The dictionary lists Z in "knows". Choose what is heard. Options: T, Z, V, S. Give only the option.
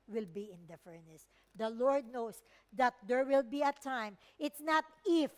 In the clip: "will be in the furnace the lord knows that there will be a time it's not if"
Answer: S